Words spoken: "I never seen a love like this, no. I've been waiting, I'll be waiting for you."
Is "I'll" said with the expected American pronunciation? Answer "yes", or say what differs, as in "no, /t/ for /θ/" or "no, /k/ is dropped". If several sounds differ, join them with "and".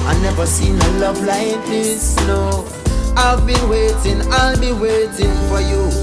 yes